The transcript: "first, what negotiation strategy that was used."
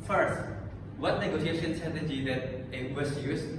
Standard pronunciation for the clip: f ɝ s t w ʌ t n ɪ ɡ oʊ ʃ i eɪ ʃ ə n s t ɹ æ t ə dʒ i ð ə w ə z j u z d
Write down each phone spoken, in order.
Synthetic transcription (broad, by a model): f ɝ s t w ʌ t n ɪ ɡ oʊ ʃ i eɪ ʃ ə n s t ʌ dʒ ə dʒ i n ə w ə s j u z